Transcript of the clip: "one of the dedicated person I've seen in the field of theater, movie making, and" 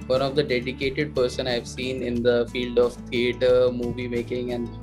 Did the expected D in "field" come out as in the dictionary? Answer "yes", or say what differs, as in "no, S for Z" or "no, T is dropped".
yes